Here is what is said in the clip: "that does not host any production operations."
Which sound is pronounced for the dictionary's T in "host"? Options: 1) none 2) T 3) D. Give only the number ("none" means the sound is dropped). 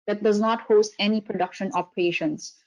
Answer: 2